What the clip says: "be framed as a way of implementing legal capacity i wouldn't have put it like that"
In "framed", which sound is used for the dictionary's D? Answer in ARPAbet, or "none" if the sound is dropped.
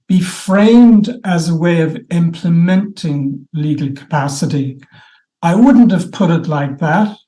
D